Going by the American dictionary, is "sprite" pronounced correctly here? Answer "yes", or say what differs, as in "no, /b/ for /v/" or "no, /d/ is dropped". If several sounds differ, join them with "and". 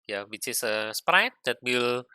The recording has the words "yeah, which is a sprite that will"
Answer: yes